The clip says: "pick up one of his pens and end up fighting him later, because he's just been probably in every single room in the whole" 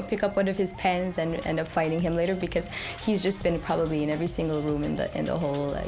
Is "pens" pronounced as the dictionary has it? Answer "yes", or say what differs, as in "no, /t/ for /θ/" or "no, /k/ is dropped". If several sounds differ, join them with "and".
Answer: yes